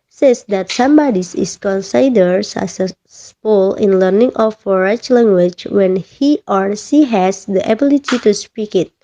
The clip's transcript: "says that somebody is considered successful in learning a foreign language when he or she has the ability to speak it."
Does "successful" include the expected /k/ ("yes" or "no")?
no